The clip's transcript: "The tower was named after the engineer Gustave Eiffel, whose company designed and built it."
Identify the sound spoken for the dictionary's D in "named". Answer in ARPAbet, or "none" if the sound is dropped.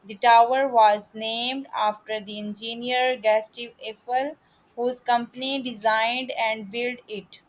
D